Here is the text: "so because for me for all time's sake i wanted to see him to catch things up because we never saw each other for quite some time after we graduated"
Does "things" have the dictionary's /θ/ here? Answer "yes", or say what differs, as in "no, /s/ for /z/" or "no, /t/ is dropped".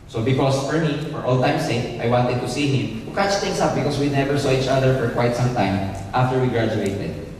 no, /t/ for /θ/